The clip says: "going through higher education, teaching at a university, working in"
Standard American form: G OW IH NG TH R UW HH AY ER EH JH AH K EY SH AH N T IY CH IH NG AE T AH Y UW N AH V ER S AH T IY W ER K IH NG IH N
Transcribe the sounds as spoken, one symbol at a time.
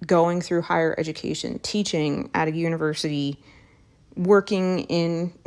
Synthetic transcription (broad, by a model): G OW IH NG TH R UW HH AY ER EH JH AH K EY SH AH N T IY CH IH NG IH T AH Y UW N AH V ER S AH T IY W ER K IH NG IH N